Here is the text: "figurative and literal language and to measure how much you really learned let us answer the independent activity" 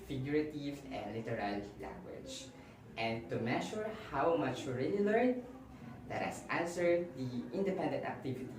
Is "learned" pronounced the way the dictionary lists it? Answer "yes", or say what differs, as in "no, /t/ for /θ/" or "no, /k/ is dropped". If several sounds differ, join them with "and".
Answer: no, /n/ is dropped